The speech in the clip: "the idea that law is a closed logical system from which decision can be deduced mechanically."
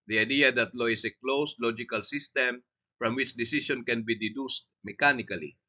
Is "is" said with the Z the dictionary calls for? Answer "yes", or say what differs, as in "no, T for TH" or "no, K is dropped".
no, S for Z